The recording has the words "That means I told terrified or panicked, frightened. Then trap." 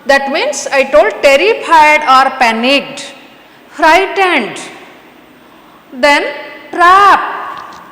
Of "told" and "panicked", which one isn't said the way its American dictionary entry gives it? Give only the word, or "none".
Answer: panicked